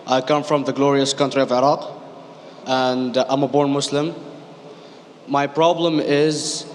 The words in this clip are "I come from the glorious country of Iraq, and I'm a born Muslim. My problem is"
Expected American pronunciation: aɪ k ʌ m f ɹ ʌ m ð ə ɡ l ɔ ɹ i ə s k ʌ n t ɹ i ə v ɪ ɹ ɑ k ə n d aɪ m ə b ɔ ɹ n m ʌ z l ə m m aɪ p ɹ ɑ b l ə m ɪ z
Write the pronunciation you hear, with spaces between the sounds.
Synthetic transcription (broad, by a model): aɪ k ʌ m f ɹ ʌ m ð ə ɡ l ɔ ɹ i ə s k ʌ n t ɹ i ə v ɪ ɹ ɑ k ə n d aɪ m ə b ɔ ɹ n m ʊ s l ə m m aɪ p ɹ ɑ b l ə m ɪ z